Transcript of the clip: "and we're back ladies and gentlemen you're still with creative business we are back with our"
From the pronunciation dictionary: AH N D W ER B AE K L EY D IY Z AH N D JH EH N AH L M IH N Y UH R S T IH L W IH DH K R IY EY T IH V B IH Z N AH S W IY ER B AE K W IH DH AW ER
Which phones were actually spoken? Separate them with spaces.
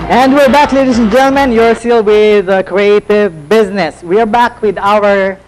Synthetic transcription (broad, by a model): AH N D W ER B AE K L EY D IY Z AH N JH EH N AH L M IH N Y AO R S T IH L W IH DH K R IY EY T IH V B IH Z N AH S W IY ER B AE K W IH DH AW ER